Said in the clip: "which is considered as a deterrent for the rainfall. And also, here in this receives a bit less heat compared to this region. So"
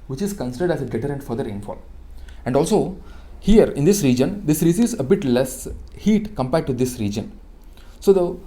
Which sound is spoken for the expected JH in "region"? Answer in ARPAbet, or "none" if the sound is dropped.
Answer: JH